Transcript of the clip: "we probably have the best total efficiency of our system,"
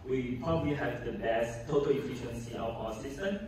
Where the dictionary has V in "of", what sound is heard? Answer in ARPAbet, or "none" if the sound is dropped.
W